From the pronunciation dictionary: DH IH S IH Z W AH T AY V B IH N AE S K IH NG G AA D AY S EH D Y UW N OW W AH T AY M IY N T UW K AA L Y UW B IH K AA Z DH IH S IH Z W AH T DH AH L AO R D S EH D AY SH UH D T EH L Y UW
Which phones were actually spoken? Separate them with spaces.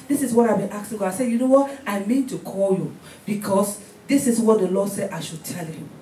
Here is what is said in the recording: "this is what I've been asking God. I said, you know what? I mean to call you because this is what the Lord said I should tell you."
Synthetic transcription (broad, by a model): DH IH S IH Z W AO T AY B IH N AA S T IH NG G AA AY S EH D Y UW N OW W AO T AY M IY N T UW K AA L Y UW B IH K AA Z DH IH S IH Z W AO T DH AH L AO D S EH D AY SH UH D T EH L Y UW